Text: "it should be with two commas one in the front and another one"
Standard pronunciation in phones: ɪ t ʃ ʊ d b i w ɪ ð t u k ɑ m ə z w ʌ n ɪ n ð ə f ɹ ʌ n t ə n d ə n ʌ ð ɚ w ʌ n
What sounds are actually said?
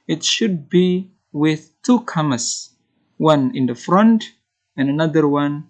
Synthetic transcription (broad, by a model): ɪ t ʃ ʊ d b i w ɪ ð t u k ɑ m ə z w ʌ n ɪ n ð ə f ɹ ʌ n t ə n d ə n ʌ ð ɚ w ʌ n